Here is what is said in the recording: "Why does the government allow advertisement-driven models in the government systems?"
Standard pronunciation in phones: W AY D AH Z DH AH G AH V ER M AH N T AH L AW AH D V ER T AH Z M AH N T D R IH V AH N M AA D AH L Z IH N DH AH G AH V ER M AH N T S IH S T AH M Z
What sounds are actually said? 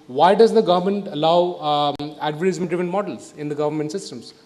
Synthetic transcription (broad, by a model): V AY D AH Z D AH G AH V ER M AH N T AH L AW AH D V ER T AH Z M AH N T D IH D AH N M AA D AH L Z IH N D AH G AH V ER M AH N T S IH S T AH M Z